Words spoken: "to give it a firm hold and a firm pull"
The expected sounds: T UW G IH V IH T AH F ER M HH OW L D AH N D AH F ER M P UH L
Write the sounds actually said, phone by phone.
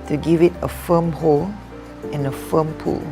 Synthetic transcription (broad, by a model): T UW G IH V IH T AH F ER M HH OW L AH N AH F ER M P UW L